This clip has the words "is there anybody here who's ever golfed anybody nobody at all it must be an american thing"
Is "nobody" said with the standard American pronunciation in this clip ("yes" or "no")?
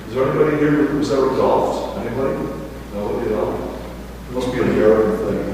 no